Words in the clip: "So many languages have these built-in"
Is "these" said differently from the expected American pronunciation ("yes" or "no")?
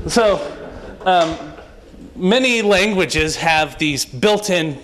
no